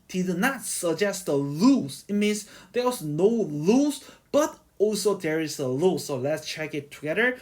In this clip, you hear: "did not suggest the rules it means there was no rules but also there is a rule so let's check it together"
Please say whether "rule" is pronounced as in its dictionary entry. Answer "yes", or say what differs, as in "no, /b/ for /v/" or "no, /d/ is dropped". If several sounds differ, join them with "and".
no, /l/ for /ɹ/